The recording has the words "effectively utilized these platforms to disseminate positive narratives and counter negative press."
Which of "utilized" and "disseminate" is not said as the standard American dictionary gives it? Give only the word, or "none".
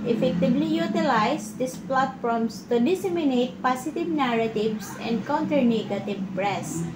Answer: utilized